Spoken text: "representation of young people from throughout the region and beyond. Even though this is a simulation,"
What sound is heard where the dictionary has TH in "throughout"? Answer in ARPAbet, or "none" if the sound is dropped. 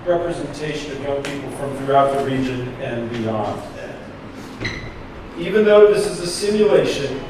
TH